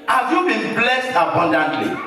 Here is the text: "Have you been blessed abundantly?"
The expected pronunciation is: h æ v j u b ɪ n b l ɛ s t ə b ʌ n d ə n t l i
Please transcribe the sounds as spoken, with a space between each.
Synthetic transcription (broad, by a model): h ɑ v j u b ɪ n b l ɛ s t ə b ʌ n d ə n t l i